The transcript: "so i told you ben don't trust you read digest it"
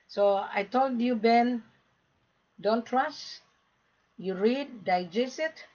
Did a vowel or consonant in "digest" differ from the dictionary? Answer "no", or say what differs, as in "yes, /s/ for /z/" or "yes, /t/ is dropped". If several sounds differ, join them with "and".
yes, /t/ is dropped